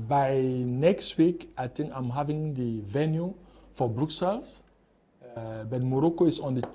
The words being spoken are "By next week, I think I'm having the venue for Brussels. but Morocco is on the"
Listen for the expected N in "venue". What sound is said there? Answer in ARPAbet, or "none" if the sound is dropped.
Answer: N